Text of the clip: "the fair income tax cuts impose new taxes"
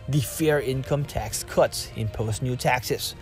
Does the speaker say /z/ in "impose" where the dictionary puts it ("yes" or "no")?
no